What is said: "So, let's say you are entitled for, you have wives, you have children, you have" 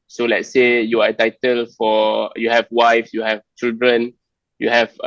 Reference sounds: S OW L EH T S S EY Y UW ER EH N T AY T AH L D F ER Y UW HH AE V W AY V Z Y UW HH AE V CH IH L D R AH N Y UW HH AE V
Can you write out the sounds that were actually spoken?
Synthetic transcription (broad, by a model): S OW L EH T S S EY Y UW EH T AY T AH L F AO Y UW HH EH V W AY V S Y UW HH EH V CH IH L D R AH N Y UW HH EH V